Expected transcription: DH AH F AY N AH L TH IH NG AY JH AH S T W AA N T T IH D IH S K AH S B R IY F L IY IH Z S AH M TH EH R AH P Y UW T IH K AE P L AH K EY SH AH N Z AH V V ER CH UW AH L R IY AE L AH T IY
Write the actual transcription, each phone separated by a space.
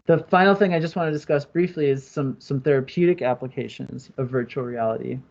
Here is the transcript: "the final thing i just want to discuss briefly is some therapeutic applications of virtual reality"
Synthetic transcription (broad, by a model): DH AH F AY N L TH IH NG AY JH AH S T W AA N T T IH D IH S K AH S B R IY F L IY IH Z S AH M TH EH R AH P Y UW T IH K AE P L AH K EY SH AH N Z AH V V ER CH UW L R IY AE L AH T IY